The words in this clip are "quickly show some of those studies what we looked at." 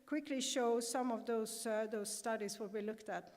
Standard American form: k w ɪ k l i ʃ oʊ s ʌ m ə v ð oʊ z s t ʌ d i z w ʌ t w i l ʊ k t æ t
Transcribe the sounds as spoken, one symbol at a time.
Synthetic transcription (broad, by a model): k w ɪ k l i ʃ oʊ s ʌ m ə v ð oʊ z s t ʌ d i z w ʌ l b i l ʊ k t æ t